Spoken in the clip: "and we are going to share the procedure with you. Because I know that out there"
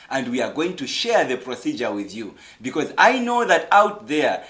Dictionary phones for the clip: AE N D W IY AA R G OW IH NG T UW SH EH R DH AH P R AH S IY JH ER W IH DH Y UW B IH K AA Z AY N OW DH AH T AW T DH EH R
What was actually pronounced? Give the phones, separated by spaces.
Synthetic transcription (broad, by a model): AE N D W IY AA R G OW IH NG T UW SH EH R DH AH P R AH S IY JH ER W IH DH Y UW B IH K AA Z AY N OW DH AH T AW T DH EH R